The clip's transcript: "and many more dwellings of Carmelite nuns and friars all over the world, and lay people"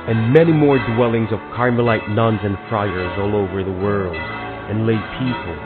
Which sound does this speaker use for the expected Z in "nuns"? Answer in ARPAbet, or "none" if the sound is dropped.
Z